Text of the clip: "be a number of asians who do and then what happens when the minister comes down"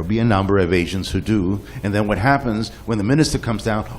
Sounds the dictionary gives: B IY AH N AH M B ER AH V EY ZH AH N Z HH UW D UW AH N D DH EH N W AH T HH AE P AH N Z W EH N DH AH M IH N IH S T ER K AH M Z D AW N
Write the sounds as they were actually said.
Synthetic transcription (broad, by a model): B IY AH N AH M B ER AH V EY ZH AH N Z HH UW D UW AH N DH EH N W AH T HH AE P AH N Z W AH N DH AH M IH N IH S T ER K AH M Z D AW N